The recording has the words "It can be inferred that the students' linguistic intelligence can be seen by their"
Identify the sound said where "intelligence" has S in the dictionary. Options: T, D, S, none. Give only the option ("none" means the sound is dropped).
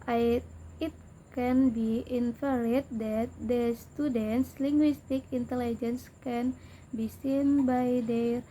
S